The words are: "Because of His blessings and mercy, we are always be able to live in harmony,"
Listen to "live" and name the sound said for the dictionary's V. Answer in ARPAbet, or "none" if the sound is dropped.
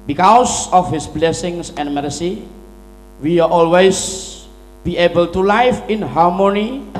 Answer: F